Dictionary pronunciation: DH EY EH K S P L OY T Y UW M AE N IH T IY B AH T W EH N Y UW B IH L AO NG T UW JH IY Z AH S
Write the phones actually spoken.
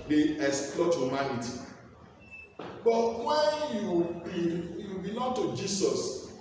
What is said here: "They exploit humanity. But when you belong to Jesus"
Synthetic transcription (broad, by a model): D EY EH S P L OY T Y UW M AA N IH T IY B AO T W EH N Y UW B IH L AO NG T UW JH IY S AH S